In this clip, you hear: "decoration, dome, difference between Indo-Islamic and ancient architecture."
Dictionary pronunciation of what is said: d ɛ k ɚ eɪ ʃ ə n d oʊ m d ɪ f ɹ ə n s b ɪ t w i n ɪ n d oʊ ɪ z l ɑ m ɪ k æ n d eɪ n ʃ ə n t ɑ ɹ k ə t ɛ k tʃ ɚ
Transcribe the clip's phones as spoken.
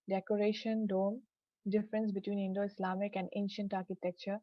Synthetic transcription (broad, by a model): d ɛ k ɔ eɪ ʃ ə n d oʊ m d ɪ f ɹ ə n s b ɪ t w i n ɪ n d oʊ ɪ s l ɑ m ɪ k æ n d eɪ n ʃ ə n t ɑ ɹ k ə t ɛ k tʃ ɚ